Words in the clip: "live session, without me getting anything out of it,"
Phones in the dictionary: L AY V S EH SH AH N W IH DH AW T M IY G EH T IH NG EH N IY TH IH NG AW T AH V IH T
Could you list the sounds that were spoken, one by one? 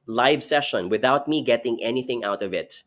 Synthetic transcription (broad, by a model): L AY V S EH SH AH N W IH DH AW T M IY G EH T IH NG EH N IY TH IH NG AW T AH V IH T